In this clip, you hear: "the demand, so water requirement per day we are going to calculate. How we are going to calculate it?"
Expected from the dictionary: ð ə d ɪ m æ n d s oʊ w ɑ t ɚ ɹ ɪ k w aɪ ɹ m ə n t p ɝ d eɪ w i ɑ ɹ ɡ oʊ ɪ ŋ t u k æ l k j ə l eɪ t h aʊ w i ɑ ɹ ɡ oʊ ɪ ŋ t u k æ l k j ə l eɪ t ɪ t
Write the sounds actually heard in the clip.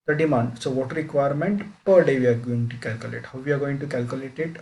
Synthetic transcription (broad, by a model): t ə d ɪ m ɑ n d s oʊ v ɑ t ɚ ɹ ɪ k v aɪ ɹ m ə n t p ɝ d eɪ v i ɑ ɹ ɡ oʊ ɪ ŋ t u k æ l k j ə l eɪ t h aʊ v i ɑ ɹ ɡ oʊ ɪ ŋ t u k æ l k j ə l eɪ t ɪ t